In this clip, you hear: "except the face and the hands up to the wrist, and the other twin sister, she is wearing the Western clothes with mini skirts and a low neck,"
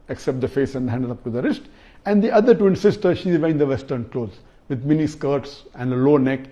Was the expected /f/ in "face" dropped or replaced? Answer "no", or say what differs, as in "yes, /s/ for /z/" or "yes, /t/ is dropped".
no